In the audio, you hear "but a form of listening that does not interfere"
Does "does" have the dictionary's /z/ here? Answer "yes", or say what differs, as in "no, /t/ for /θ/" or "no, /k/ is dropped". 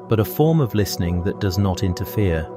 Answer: yes